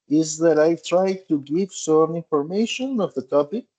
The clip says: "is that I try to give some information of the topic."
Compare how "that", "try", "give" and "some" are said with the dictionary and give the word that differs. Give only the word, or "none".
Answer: none